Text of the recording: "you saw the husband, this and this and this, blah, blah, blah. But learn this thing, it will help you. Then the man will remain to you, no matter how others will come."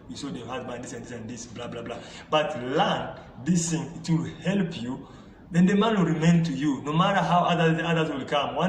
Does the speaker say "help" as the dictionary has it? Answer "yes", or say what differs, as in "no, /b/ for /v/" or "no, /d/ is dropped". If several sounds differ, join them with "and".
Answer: yes